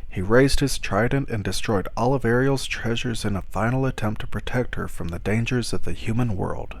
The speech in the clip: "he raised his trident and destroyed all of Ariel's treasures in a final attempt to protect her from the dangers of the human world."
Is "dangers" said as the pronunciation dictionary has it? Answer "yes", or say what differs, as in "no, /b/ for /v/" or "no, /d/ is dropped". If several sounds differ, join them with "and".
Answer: yes